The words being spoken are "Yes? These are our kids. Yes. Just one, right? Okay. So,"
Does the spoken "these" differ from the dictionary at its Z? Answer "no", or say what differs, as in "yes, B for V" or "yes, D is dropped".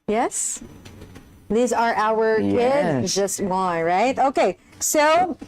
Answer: no